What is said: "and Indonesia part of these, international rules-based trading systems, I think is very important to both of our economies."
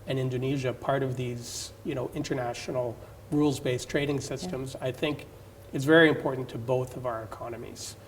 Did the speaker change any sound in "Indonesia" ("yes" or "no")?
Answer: no